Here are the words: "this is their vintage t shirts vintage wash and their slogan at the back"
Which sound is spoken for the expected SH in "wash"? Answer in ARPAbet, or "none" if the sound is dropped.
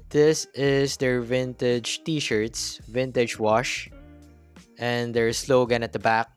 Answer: SH